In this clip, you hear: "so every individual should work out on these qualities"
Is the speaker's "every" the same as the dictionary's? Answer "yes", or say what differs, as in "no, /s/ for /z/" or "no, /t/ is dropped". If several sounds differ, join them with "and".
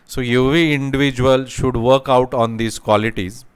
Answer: no, /ɹ/ is dropped